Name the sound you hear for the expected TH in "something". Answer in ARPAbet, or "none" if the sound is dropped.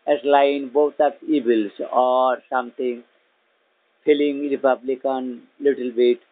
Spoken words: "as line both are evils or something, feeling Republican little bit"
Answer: T